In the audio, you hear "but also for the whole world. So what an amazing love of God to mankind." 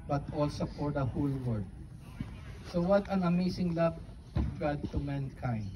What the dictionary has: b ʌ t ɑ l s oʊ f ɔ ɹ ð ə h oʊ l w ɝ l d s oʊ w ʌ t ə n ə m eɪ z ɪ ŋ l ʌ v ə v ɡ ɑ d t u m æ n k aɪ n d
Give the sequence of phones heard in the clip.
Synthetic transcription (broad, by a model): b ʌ t ɑ l s oʊ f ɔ ɹ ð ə h oʊ l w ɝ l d s oʊ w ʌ t ə n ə m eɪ s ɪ ŋ l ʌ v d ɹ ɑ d t u m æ n k aɪ n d